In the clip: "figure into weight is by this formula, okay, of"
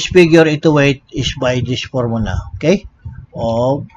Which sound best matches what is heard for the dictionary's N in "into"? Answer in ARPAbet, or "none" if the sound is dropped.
none